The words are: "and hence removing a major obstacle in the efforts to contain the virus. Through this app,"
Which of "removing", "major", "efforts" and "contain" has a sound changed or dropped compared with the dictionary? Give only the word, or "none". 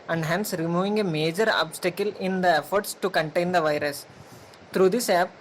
none